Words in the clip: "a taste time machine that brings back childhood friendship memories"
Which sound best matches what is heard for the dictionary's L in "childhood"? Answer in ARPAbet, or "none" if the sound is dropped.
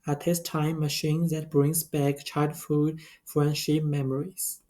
none